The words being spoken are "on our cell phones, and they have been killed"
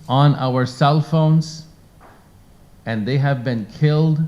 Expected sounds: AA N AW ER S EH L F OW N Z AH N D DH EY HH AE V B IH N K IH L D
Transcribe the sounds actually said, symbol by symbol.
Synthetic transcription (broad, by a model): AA N AW ER S EH L F OW N Z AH N DH EY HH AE V B IH N K IH L D